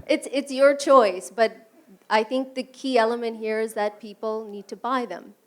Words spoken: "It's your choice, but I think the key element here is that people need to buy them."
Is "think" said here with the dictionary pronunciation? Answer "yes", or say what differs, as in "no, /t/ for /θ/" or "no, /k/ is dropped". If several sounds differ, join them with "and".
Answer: yes